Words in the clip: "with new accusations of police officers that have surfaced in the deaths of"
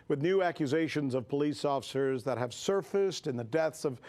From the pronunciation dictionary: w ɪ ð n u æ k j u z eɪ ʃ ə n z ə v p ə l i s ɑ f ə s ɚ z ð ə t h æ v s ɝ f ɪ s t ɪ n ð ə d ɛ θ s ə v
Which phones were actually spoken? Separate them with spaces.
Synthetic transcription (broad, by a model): w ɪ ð n u æ k j u z eɪ ʃ ə n z ə v p ə l i s ɑ f ə s ɚ z ð ə t h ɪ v s ɝ f ɪ s t ɪ n ð ə d ɛ θ s ə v